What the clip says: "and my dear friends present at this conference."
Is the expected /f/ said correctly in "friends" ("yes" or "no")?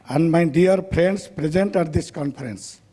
no